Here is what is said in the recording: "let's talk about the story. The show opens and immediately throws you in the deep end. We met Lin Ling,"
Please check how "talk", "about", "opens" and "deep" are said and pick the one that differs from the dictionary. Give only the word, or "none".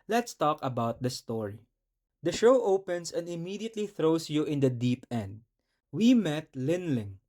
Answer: opens